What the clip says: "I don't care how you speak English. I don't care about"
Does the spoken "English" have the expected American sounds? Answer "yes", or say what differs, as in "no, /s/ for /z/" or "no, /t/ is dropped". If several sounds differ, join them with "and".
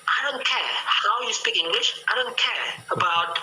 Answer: yes